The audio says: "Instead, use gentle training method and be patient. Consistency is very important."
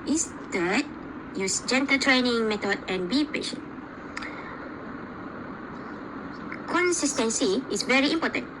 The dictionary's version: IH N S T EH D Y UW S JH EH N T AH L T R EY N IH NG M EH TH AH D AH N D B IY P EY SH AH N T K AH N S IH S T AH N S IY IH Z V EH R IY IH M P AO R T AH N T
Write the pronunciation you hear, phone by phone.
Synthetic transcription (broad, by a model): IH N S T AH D Y UW S JH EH N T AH T R EY N IH NG M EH T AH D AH N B IY P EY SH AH N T K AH N S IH S T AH N S IY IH S V EH R IY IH M P AO T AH N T